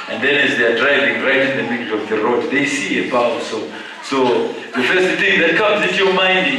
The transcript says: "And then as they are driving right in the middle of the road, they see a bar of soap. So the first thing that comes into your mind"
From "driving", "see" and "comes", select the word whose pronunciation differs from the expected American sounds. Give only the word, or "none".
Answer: none